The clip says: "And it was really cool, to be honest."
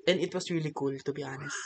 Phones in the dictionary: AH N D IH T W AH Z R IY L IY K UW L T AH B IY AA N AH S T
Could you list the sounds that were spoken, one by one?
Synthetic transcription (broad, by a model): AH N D IH T W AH S R IY L IY K UW L T AH B IY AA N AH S